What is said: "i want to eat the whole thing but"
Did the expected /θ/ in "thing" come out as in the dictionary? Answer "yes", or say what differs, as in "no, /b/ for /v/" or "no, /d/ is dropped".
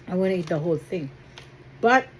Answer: yes